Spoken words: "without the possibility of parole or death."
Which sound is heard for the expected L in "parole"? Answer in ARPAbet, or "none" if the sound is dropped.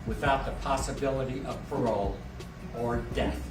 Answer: L